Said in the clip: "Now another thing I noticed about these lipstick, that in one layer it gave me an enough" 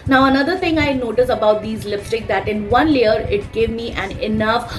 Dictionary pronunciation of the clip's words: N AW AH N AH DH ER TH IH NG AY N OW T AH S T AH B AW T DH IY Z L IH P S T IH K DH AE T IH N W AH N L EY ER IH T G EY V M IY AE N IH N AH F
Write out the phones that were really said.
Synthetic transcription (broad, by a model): N AW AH N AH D ER T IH NG AY N OW T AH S AH B AW T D IY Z L IH F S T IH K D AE T IH N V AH N L EY ER IH T G EY V M IY AE N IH N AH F